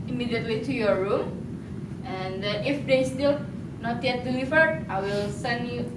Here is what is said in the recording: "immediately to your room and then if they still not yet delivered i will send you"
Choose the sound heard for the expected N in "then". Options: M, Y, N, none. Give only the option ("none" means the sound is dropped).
none